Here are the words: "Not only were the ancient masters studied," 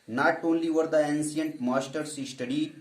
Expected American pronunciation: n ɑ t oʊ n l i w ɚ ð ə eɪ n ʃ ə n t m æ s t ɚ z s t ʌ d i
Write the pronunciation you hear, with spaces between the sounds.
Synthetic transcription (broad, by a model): n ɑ t oʊ n l i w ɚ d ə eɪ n s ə n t m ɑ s t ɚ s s t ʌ d i